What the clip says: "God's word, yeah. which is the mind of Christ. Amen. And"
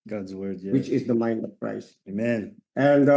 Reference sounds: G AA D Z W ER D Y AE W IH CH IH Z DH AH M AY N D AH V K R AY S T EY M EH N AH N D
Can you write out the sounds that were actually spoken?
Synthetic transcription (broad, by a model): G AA D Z W ER D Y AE W IH CH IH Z DH AH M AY N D AH V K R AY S EY M EH N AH N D